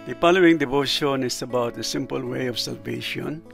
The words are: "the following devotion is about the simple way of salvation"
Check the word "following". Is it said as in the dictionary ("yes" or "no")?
no